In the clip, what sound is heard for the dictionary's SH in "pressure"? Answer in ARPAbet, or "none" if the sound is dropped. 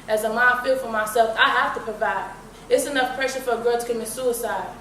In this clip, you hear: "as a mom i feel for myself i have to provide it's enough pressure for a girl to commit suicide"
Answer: SH